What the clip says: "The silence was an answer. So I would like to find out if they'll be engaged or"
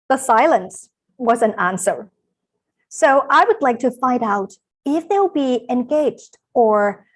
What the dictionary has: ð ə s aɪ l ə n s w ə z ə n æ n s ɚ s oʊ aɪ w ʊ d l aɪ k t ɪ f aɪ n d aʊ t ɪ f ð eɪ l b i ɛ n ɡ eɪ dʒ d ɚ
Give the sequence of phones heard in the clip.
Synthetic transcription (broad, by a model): ð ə s aɪ l ə n s w ə z ə n æ n s ɚ s oʊ aɪ w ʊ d l aɪ k t ɪ f aɪ n d aʊ t ɪ f ð eɪ l b i ɛ n ɡ eɪ dʒ d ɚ